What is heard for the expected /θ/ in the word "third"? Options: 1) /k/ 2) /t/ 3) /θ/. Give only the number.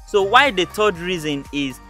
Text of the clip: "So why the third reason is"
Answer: 2